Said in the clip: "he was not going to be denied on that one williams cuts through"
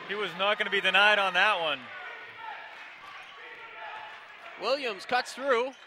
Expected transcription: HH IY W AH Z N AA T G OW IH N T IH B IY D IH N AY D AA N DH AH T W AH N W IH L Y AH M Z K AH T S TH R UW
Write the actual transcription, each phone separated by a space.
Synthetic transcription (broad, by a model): HH IY W AH Z N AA T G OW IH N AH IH B IY D IH N AY D N DH AH T W AH N W IH L Y AH M Z K AH T TH R UW